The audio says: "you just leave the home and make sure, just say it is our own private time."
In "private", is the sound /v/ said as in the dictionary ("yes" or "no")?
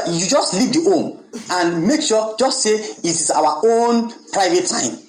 yes